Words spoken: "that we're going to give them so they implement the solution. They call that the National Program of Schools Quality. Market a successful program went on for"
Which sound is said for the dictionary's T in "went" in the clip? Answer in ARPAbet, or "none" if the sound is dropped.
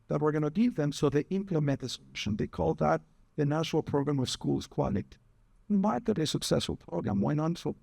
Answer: none